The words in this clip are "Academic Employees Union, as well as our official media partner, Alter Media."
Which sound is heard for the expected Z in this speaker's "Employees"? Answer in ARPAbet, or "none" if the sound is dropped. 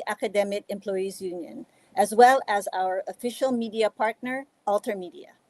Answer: Z